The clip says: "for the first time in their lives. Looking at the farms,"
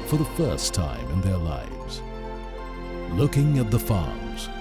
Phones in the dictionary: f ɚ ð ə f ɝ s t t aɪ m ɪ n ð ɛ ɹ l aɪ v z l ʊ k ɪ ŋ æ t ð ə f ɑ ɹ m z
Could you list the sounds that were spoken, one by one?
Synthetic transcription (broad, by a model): f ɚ ð ə f ɝ s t t aɪ m ɪ n ð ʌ ɹ l aɪ v z l ʊ k ɪ ŋ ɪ t ð ə f ɑ ɹ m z